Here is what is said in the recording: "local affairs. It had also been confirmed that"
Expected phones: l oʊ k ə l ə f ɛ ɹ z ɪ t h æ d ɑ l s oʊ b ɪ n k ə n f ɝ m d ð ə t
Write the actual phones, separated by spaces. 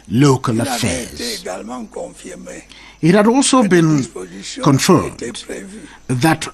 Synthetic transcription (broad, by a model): l oʊ k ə l ə f ɛ ɹ z ɪ t h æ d ɑ l s oʊ b ɪ n k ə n f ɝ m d ð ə t